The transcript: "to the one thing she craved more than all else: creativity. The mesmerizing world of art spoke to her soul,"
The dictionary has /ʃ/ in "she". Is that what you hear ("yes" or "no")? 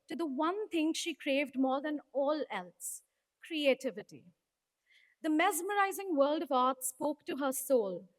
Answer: yes